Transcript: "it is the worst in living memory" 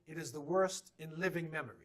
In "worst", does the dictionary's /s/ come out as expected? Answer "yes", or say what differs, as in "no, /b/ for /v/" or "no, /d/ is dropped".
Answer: yes